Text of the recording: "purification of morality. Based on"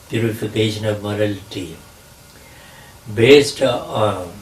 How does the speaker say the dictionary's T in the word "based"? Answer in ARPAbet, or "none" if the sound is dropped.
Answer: T